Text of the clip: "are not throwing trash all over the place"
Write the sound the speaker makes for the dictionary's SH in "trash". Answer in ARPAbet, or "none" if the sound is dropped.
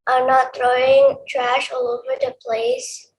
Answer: SH